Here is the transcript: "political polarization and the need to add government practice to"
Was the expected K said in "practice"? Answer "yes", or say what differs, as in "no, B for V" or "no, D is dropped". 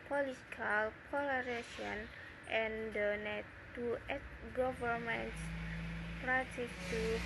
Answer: no, K is dropped